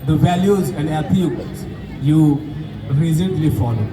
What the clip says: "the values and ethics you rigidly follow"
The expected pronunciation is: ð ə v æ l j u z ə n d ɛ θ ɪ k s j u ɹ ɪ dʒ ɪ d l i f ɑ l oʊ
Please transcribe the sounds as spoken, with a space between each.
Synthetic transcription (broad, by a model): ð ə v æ l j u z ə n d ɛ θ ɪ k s j u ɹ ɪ z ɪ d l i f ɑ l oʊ